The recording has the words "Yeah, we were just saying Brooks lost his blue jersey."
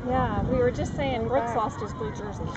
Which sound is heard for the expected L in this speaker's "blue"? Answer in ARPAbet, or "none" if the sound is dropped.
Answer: none